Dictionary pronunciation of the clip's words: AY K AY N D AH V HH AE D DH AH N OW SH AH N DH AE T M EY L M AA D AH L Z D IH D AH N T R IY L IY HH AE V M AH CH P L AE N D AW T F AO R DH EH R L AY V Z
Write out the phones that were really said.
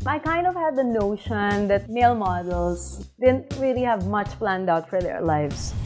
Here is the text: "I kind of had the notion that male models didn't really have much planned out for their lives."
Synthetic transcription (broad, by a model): AY K AY N D AH V HH AE D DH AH N OW SH AH N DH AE T M EY L M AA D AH L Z D IH D AH N T R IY L IY HH AE V M AH CH P L AE N D AW T F AO R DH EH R L AY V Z